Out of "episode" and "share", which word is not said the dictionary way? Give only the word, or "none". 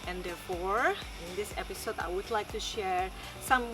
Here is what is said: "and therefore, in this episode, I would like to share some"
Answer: none